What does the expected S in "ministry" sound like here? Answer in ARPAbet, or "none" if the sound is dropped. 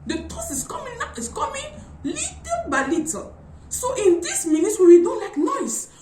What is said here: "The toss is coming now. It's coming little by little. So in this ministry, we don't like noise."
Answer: none